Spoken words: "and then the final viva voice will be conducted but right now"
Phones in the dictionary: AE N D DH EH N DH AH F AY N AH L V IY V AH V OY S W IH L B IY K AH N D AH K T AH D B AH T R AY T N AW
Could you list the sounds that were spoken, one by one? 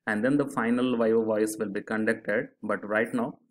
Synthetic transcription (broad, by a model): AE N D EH N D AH F AY N AH L V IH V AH V OY S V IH L B IY K AH N D AH K T AH D B AH T R AY T N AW